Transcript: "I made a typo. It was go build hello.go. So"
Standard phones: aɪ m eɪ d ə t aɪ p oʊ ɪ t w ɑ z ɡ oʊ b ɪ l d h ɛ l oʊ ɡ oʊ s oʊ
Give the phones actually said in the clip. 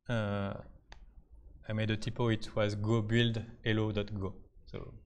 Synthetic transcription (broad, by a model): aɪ m eɪ d ə t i p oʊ ɪ t w ɑ z ɡ oʊ b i l d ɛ l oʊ ɡ oʊ s oʊ